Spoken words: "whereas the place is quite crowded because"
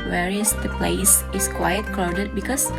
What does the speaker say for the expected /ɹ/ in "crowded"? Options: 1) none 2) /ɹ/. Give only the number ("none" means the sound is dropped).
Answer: 1